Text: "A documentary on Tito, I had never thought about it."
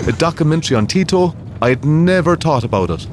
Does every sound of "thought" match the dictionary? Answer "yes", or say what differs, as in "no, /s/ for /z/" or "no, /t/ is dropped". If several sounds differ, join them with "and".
no, /t/ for /θ/